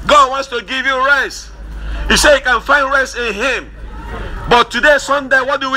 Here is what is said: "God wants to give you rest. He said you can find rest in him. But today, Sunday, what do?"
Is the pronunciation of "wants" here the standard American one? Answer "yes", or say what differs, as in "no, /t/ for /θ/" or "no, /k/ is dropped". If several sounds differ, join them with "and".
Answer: yes